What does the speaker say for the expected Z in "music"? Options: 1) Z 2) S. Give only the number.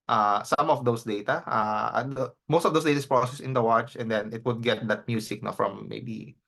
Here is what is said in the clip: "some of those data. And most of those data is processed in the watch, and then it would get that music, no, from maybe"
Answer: 2